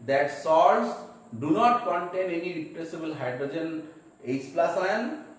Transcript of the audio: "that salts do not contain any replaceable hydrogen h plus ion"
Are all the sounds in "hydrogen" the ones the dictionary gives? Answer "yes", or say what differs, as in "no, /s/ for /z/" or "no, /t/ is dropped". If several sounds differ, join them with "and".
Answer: yes